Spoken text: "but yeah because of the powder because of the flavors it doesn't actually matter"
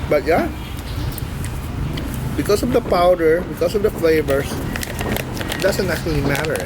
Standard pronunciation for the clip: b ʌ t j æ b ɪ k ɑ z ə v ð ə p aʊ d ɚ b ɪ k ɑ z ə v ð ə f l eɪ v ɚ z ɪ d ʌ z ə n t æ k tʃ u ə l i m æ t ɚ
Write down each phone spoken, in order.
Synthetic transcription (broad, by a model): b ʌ t j æ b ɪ k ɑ s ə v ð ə p aʊ d ɚ b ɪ k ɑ s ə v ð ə f l eɪ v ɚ s ɪ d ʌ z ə n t æ k tʃ u ə l i m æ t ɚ